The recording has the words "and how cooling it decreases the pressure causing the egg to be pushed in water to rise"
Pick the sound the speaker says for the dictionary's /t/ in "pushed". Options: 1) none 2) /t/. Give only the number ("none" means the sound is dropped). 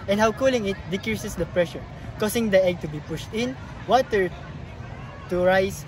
2